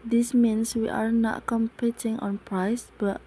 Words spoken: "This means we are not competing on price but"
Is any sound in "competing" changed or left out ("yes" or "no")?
no